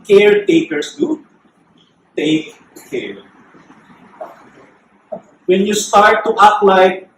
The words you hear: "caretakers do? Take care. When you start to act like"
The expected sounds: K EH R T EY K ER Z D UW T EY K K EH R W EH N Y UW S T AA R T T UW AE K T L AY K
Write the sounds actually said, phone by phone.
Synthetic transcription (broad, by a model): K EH R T EY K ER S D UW T EY K K EH R W EH N Y UW S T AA R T T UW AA T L AY